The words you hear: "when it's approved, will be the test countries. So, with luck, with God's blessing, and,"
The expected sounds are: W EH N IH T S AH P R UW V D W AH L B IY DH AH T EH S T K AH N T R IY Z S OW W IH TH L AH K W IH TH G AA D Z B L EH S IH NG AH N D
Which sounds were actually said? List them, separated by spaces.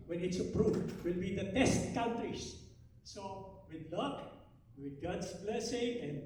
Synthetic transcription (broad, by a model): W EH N IH T S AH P R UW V W AH L B IY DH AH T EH S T K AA N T R IY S S OW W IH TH L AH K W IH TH G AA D S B L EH S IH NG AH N